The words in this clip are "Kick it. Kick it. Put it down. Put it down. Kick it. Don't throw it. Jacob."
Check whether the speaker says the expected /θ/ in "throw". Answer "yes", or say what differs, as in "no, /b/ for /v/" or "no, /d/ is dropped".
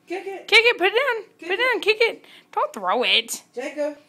yes